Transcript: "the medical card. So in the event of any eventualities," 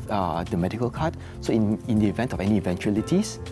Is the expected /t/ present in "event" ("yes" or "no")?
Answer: yes